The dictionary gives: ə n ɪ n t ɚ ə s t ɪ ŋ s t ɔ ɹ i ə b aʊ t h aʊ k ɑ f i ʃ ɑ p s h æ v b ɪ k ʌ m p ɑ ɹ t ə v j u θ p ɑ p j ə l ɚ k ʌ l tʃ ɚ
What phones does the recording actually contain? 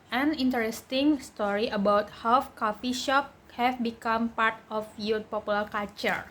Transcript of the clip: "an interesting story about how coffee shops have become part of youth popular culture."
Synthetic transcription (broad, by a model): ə n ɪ n t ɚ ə s t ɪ ŋ s t ɔ ɹ i ə b aʊ t h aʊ k ɑ f i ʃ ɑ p h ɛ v b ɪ k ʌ m p ɑ ɹ t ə f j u p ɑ p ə l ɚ k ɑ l tʃ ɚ